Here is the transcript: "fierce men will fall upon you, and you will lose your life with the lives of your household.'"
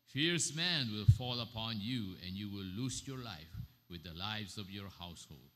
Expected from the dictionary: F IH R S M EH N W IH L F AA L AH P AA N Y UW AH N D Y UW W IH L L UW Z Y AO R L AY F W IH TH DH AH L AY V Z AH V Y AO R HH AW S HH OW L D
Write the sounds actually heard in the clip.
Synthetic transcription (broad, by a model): F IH R S M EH N W IH L F AA L AH P AA N Y UW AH N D Y UW W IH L L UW S Y AO R L AY F W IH DH AH L AY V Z AH V Y AO R HH AW S HH OW L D